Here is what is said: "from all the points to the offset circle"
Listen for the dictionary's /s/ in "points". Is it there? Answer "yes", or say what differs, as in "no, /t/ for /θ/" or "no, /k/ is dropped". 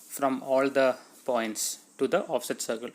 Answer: yes